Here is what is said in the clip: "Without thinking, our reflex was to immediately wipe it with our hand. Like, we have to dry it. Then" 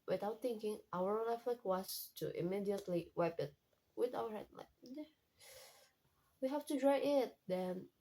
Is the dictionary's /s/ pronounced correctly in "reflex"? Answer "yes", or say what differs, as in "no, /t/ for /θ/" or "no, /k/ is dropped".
no, /s/ is dropped